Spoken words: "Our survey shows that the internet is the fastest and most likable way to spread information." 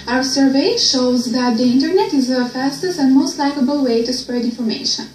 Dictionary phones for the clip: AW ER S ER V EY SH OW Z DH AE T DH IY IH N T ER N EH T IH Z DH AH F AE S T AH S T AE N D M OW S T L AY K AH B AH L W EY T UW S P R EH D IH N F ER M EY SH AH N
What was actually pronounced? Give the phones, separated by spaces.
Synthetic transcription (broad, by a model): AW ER S ER V EY SH OW Z DH AE T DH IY IH N T ER N EH T IH Z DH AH F AE S T AH S T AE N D M OW S T L AY K AH B AH L W EY T UW S P R EH D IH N F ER M EY SH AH N